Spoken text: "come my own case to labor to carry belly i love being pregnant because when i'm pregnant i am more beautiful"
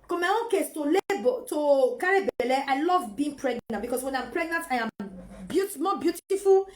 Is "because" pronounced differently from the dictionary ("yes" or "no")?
yes